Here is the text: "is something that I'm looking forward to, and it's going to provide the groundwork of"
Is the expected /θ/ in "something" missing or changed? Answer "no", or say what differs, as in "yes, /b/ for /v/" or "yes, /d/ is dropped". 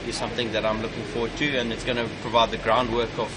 no